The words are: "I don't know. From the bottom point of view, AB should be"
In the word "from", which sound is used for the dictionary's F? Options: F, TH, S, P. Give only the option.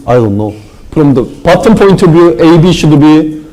P